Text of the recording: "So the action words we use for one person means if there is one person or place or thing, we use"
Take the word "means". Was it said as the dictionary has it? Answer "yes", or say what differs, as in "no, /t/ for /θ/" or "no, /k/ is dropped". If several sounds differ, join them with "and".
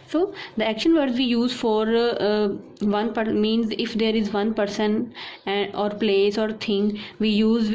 yes